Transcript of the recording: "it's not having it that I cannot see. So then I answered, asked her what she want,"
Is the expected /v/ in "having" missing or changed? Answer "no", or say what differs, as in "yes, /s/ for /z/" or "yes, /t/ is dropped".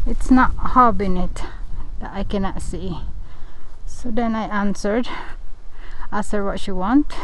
yes, /b/ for /v/